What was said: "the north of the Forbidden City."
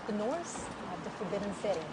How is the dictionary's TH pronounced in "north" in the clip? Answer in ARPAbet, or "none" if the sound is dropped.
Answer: S